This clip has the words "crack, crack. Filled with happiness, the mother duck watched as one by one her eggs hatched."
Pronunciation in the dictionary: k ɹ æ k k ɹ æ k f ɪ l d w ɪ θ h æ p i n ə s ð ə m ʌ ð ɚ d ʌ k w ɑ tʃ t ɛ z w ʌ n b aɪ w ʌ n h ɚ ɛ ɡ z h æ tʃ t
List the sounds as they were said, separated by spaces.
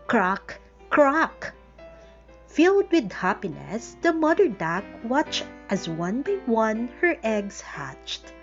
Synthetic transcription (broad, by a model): k ɹ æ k k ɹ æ k f ɪ l d w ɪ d h æ p i n ə s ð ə m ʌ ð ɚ d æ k w ɑ tʃ t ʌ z w ʌ n b aɪ w ʌ n h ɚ ɛ ɡ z h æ tʃ t